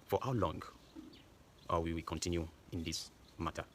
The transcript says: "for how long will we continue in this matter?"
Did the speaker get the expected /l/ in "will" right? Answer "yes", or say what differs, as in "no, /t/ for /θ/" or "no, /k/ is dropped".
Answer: no, /w/ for /l/